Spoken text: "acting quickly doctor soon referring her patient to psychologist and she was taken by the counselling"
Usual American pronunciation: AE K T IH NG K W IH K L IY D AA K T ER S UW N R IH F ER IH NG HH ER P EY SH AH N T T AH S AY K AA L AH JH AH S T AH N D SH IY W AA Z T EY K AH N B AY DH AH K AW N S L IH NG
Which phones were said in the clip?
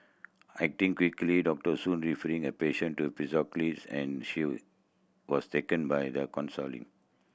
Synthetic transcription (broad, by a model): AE K T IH NG K W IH K L IY D AA K T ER S UW N R IH F ER IH NG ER P EY SH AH N T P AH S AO K L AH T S AH N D SH IY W AA S T EY K AH N B AY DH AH K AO N S L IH NG